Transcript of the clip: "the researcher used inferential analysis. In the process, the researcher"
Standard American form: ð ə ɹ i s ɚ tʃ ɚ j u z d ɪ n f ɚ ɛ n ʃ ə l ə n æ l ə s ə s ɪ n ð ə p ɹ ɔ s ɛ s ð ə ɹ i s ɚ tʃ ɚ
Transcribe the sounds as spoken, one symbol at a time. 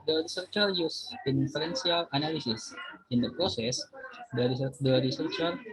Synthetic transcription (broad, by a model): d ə ɹ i s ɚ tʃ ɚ j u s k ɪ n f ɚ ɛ n s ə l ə n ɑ l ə s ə s ɪ n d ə p ɹ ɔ s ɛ s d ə ɹ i s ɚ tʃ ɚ